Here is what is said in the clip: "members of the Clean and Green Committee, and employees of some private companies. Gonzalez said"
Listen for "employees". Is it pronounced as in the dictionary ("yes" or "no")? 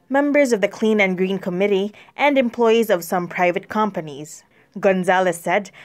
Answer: yes